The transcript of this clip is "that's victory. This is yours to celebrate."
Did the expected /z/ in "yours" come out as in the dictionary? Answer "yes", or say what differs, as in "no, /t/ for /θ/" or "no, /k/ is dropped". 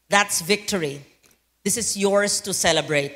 no, /s/ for /z/